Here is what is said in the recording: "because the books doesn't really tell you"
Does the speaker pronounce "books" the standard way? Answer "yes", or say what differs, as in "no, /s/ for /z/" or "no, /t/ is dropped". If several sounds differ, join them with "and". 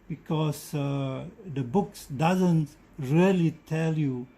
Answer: yes